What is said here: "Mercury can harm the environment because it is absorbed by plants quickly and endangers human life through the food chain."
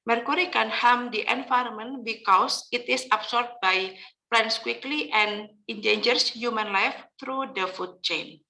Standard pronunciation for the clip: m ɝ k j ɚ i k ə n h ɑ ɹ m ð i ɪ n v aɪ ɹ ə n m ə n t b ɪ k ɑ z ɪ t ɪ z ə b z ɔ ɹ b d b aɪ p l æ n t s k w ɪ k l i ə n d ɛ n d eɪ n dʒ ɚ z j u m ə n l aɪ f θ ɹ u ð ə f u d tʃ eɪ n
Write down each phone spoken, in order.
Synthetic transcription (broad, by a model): m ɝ k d i k ə n h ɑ m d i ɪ n f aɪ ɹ m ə n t b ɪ k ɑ s ɪ t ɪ s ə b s ɔ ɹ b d b aɪ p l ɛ n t s k w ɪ k l i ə n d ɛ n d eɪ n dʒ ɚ s j u m ə n l aɪ f t ɹ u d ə f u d tʃ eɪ n